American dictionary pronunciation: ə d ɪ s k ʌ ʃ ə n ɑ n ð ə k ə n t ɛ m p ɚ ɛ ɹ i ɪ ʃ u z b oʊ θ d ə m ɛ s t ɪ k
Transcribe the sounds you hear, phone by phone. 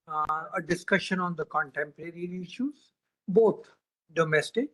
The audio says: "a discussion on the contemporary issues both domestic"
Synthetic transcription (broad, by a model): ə d ɪ s k ʌ ʃ ə n ɑ n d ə k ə n t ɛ m p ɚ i ɹ i ɪ ʃ u z b oʊ t d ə m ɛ s t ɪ k